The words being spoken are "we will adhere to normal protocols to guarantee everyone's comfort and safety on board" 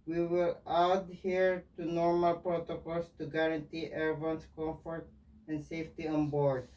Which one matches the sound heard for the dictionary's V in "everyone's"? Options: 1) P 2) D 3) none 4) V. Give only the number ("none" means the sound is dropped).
3